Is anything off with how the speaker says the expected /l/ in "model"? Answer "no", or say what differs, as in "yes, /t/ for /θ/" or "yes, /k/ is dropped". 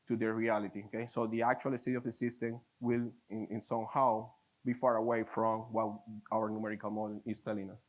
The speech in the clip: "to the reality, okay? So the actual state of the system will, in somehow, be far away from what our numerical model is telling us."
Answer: yes, /n/ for /l/